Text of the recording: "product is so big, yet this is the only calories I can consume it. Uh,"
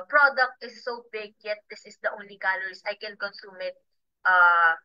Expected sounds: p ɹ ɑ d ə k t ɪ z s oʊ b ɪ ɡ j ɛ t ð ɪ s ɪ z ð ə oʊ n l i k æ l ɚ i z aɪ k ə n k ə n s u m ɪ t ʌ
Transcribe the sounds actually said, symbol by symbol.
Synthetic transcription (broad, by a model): p ɹ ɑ d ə k t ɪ s oʊ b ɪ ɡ j ɛ t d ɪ s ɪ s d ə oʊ l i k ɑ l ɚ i s aɪ k ə n k ə n s u m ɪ t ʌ